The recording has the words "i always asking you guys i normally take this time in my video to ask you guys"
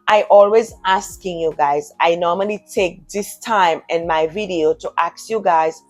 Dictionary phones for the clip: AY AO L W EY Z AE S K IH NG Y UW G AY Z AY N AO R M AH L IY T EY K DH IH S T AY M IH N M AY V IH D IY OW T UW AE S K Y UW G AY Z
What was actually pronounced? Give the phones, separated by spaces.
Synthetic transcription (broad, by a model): AY AO L W EY Z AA S K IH NG Y UW G AY Z AY N AO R M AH L IY T EY K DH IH S T AY M IH N M AY V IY D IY OW T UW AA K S Y UW G AY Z